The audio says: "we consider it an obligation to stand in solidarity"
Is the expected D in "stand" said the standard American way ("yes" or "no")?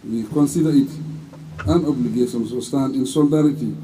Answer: no